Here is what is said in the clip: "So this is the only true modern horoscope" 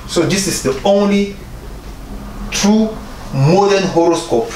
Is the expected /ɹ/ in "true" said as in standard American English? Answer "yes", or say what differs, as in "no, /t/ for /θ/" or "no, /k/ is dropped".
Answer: yes